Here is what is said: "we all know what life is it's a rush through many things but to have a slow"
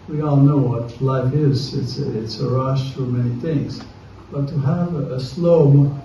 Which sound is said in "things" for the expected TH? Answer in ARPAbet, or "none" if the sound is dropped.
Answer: TH